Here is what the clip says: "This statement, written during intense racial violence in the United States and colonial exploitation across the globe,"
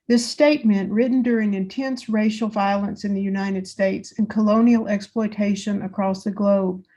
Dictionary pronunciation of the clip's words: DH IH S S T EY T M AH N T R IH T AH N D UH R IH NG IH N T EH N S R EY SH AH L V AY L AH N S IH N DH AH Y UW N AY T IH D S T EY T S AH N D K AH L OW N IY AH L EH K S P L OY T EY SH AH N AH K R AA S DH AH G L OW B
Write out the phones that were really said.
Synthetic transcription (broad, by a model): DH IH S S T EY T M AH N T R IH T N D UH R IH NG IH N T EH N S R EY SH L V AY L AH N S IH N DH AH Y UW N AY T IH D S T EY T S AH N K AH L OW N IY L EH K S P L OY T EY SH AH N AH K R AA S DH AH G L OW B